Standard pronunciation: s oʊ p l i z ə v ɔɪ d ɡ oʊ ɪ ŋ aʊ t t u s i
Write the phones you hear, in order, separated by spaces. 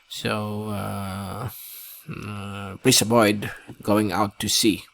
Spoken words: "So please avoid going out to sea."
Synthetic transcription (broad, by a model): s oʊ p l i s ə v ɔɪ d ɡ oʊ ɪ ŋ aʊ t t u s i